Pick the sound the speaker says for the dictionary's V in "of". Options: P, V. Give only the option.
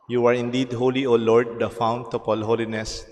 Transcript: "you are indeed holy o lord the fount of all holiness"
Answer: P